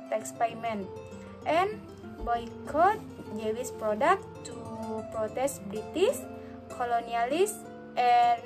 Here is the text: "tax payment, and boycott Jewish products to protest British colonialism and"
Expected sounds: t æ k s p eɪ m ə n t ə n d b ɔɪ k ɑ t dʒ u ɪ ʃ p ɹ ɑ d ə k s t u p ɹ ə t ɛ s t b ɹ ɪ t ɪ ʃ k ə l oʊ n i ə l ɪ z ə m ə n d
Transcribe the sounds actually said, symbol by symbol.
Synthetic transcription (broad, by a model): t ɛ k s p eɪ m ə n t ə n b ɔɪ k ɑ t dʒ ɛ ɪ s p ɹ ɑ d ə k t u p ɹ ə t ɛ s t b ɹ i t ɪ s k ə l oʊ n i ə l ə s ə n